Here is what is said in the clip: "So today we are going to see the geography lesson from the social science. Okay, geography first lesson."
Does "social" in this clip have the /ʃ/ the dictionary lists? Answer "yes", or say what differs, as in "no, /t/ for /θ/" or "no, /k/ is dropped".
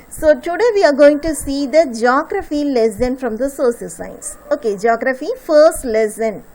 no, /s/ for /ʃ/